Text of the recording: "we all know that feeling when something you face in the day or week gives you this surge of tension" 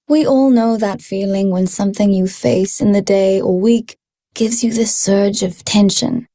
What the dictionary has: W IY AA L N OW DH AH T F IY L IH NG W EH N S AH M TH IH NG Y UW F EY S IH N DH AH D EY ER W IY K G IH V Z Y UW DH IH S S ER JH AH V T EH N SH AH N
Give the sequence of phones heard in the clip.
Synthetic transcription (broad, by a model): W IY AA L N OW DH AH T F IY L IH NG W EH N S AH M TH IH NG Y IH F EY S IH N DH AH D EY ER W IY K G IH V Z Y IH DH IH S S ER JH AH V T EH N SH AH N